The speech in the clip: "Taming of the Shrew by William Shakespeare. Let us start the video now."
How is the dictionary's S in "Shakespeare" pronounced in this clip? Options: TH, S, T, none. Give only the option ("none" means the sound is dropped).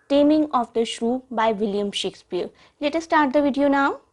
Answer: S